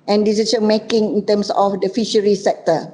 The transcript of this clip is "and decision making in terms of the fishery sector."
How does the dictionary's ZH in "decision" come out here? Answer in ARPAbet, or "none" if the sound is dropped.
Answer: S